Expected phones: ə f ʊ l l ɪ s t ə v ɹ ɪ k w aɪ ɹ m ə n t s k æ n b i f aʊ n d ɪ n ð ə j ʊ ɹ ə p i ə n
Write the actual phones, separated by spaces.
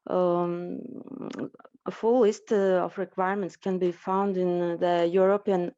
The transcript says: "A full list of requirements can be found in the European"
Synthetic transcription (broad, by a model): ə f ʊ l l ɪ s t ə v ɹ ɪ k w aɪ ɹ m ə n t s k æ n b i f aʊ n d ɪ n ð ə j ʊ ɹ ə p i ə n